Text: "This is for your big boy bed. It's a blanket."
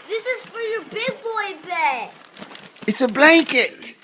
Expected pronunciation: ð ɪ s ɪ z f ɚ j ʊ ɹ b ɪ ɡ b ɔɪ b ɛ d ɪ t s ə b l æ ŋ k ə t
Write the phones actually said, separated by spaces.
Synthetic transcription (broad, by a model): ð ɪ s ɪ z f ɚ j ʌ b ɪ ɡ b ɔɪ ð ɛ ɪ t s ə b l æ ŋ k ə t